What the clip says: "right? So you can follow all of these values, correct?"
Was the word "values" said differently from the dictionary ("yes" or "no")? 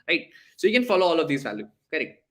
yes